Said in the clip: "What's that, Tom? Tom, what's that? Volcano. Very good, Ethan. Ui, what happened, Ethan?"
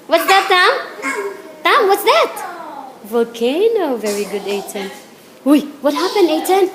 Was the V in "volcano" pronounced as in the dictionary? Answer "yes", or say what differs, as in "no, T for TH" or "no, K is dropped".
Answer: yes